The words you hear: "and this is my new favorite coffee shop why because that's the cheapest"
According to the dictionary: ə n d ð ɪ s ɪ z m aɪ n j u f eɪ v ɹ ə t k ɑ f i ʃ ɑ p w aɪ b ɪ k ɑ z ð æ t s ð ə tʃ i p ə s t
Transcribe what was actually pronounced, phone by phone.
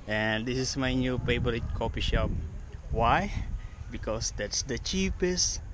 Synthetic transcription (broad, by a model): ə n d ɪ s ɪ s m aɪ n j u p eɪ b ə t k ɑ p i ʃ ɑ p w aɪ b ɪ k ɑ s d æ t s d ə tʃ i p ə s t